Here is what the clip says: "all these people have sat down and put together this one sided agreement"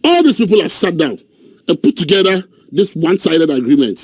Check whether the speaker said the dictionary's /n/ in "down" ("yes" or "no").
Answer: yes